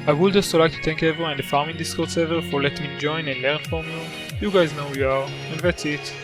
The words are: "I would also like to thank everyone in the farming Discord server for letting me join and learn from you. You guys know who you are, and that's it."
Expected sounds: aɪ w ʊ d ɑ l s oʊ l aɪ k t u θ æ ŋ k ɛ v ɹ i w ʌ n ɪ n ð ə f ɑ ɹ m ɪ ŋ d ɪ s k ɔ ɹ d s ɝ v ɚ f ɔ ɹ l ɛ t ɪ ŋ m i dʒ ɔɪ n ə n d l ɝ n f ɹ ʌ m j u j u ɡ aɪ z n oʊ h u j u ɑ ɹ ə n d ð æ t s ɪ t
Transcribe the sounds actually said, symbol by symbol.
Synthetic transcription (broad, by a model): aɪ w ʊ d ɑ s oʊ l aɪ k t u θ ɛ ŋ k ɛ v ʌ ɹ ɪ n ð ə f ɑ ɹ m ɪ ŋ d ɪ s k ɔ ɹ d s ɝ v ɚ f ɔ ɹ l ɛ t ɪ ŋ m dʒ ɔɪ n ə n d l ɝ n f ɹ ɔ m j u j u ɡ aɪ z n oʊ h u j u ɑ ɹ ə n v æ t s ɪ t